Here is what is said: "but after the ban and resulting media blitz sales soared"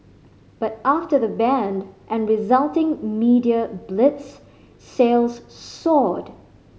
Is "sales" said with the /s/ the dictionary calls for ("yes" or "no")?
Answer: yes